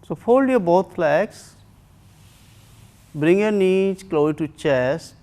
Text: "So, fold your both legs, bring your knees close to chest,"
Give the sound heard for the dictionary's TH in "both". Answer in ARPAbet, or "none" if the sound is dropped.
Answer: F